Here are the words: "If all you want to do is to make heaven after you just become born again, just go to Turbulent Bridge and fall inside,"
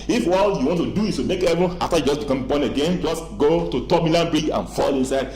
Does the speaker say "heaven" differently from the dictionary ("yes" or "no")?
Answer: yes